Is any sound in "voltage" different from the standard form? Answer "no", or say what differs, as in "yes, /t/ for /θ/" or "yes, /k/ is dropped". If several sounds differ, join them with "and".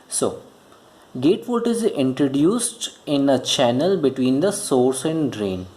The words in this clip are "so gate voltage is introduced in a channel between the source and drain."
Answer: yes, /l/ is dropped